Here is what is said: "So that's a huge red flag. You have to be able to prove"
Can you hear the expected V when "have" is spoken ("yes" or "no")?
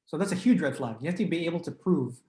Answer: no